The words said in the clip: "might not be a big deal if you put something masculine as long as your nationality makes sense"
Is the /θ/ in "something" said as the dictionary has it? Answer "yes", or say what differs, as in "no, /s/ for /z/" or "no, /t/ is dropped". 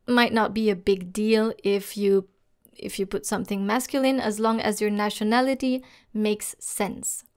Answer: yes